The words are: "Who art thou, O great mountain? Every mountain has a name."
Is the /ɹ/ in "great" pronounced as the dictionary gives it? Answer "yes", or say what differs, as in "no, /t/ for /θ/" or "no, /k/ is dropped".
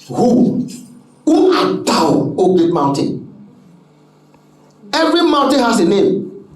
no, /ɹ/ is dropped